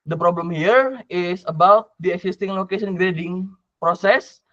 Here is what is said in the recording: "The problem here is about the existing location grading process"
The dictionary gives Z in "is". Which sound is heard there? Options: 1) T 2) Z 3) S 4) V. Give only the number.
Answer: 3